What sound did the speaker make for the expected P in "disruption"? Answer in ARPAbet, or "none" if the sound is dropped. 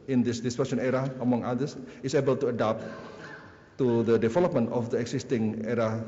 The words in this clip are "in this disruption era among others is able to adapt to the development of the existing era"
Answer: none